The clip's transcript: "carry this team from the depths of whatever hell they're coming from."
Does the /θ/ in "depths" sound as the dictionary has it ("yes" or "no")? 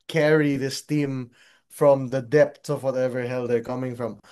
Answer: no